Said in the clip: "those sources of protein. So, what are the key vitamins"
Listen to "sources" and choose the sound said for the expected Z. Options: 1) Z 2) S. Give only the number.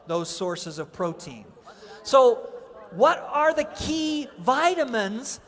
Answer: 1